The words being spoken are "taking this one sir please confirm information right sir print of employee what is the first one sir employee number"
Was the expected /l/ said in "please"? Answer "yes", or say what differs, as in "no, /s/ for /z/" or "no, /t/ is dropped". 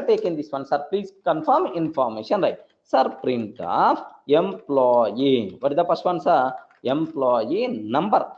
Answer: yes